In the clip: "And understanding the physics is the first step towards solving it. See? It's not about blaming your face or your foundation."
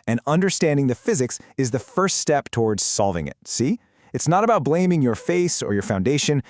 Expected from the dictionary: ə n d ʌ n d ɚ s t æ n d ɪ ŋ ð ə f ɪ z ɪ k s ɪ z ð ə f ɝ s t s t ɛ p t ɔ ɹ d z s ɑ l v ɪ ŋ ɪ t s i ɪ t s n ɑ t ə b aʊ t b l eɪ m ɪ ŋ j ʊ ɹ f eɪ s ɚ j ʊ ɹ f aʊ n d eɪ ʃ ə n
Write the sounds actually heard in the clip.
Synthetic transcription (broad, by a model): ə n ʌ n d ɚ s t æ n d ɪ ŋ ð ə f ɪ z ɪ k s ɪ z ð ə f ɝ s t s t ɛ p t ɔ ɹ d z s ɑ l v ɪ ŋ ɪ t s i ɪ t s n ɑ t ə b aʊ t b l eɪ m ɪ ŋ j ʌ ɹ f eɪ s ɚ j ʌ ɹ f aʊ n d eɪ ʃ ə n